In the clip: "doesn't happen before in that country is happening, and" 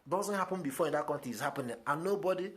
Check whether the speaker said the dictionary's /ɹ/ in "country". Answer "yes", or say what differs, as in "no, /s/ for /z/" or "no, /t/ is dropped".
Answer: no, /ɹ/ is dropped